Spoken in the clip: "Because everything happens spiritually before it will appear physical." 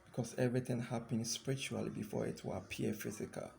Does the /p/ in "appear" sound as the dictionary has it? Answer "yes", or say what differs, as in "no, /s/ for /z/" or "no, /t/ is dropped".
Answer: no, /p/ is dropped